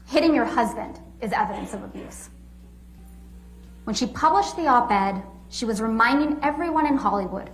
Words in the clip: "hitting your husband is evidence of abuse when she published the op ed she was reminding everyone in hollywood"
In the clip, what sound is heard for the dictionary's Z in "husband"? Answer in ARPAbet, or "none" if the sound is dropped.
Z